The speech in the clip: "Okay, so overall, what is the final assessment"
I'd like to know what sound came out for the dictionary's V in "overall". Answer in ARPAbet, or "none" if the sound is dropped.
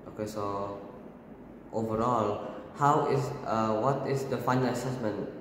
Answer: V